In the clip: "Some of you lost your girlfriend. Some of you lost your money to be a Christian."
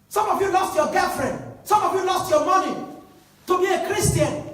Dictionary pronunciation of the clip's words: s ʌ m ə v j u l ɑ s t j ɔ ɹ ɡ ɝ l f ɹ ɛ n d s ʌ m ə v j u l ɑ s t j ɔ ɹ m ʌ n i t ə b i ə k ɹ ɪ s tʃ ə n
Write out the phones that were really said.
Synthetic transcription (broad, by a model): s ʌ m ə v j u l ɑ s t j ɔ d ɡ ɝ f ɹ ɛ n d s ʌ m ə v j u l ɑ s t j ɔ m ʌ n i t ə b i ə k ɹ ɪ s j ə n